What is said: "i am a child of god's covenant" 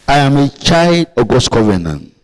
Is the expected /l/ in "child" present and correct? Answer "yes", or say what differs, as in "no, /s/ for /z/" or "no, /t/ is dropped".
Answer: yes